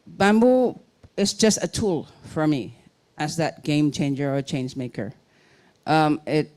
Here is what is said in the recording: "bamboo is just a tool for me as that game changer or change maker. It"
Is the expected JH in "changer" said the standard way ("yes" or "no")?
yes